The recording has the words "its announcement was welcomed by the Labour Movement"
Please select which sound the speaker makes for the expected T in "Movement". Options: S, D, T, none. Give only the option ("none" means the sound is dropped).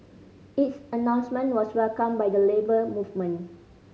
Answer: none